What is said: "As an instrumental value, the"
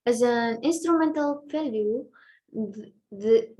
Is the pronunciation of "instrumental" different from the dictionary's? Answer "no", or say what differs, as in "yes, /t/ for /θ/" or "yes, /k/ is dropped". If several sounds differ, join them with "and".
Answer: no